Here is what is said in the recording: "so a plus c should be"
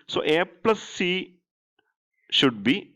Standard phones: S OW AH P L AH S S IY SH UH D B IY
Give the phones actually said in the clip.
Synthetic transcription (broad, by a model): S OW AH P L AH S S IY SH UH D B IY